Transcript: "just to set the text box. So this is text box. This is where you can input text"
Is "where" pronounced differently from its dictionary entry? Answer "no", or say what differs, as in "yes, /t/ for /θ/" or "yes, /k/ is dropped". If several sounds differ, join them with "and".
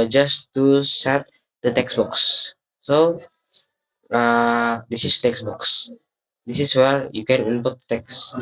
no